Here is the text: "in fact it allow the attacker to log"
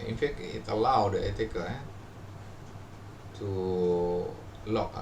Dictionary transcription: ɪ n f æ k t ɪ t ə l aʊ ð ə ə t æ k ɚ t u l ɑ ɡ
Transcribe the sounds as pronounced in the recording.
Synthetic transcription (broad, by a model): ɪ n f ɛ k ɪ t ə l aʊ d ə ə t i k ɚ t u l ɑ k